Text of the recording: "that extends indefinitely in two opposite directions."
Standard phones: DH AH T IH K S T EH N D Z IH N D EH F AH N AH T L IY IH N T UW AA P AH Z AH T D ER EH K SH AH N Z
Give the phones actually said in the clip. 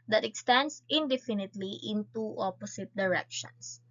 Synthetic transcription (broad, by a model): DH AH T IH K S T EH N D S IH N D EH F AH N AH T L IY IH N T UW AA P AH S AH T D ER EH K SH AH N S